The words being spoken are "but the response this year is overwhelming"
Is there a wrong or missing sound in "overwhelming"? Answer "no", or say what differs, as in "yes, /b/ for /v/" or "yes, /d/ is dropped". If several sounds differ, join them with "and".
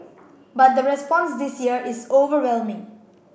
no